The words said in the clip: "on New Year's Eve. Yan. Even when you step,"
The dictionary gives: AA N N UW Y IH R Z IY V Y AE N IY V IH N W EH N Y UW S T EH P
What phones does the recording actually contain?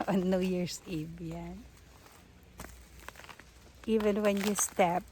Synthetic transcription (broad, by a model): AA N N UW Y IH R S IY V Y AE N IY V IH N W EH N Y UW S T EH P